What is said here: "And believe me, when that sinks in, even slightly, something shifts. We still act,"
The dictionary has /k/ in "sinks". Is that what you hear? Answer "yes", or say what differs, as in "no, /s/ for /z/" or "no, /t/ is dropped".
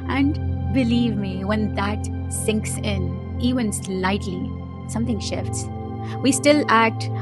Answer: yes